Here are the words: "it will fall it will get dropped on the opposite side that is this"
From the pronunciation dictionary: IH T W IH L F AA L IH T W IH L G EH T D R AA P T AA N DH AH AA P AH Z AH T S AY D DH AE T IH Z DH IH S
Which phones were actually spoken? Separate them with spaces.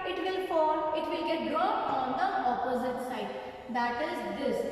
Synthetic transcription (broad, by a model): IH T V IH L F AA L IH T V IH L G EH T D R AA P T AA N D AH AA P AH Z AH T S AY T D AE T IH Z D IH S